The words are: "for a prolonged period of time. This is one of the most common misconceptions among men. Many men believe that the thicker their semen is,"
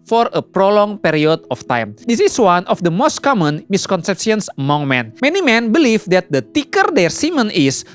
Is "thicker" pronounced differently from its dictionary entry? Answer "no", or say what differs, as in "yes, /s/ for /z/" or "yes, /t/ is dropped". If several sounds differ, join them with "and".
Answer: yes, /t/ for /θ/